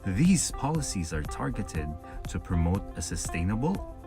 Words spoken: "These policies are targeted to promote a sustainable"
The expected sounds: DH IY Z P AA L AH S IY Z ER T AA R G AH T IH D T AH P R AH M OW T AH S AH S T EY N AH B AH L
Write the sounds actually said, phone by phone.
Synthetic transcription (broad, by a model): DH IY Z P AA L AH S IY Z ER T AA R G AH T IH D T AH P R AH M OW T AH S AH S T EY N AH B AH L